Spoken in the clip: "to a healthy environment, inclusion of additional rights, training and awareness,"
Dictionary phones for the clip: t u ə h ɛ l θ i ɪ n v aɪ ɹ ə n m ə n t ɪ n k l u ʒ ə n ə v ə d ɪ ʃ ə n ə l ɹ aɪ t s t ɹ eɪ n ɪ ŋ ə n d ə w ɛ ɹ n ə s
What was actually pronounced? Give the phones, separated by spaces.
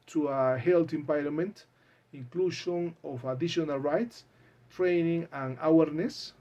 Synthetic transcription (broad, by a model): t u ə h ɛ l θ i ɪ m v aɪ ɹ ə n m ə n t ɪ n k l u ʃ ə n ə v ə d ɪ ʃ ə n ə l ɹ aɪ t s t ɹ eɪ n ɪ ŋ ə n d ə w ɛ ɹ n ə s